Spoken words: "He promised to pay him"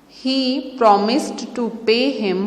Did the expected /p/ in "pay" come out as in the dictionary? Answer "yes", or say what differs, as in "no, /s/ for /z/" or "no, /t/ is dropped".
yes